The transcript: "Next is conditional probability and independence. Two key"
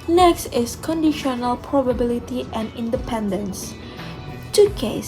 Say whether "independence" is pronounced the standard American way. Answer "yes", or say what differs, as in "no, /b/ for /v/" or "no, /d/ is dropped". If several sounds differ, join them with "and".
yes